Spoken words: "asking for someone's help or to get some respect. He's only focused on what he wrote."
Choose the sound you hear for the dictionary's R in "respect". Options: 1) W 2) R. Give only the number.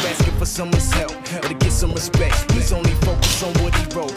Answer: 1